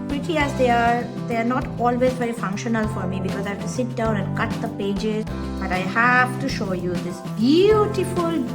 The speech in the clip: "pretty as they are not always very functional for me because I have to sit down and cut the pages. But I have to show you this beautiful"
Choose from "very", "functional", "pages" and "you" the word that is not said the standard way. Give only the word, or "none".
none